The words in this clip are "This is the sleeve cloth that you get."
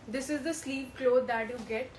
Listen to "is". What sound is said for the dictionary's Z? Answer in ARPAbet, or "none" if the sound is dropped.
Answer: Z